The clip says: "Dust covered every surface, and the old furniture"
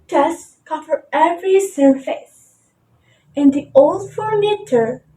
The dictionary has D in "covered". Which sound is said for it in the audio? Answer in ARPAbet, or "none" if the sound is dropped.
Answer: none